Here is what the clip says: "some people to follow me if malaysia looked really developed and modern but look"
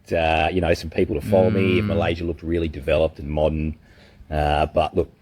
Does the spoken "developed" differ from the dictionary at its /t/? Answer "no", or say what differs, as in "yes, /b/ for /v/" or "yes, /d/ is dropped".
no